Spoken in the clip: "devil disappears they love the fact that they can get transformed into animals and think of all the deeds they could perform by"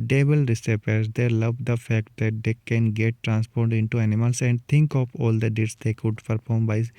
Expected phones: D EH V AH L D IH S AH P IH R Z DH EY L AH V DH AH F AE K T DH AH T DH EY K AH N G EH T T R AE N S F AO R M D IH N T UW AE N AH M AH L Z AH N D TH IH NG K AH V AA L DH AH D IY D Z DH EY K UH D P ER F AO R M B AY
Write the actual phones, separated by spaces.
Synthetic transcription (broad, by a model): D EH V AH L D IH S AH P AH R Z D EY L AH V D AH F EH K T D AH T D EY K AH N G EH T T R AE N S P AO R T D IH N T UW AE N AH M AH L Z AH N D T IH NG K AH P AA L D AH D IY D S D EY K UH D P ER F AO R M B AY